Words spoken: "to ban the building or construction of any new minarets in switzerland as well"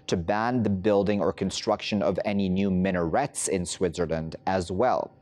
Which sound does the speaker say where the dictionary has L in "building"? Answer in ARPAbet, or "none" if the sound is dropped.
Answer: L